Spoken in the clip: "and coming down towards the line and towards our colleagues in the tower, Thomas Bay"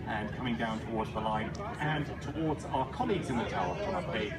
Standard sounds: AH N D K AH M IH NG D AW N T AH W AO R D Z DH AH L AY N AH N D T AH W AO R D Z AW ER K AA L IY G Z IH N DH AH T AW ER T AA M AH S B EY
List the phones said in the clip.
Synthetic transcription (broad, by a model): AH N K AH M IH NG D AW N T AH W AO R D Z DH AH L AY N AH N T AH W AO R D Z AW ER K AA L IY G Z IH N DH AH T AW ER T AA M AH B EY